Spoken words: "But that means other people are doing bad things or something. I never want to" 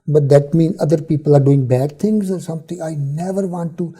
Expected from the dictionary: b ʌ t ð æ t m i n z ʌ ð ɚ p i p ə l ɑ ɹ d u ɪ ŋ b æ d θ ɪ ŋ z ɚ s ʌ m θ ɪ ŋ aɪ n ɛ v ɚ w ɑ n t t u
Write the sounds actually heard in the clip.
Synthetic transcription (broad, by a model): b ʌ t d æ t m i n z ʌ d ɚ p i p ə l ɑ ɹ d u ɪ ŋ b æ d t ɪ ŋ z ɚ s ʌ m t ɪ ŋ aɪ n ɛ v ɚ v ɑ n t t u